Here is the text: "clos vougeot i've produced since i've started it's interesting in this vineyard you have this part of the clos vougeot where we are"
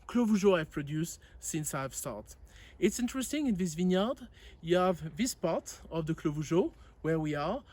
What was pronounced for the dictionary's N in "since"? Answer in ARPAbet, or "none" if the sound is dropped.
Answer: N